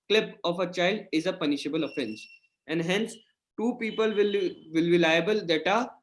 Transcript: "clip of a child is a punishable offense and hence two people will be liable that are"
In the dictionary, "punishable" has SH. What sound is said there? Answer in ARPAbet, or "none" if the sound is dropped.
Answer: SH